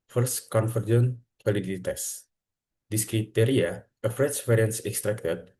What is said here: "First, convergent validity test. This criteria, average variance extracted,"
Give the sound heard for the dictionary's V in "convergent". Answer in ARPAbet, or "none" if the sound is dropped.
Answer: F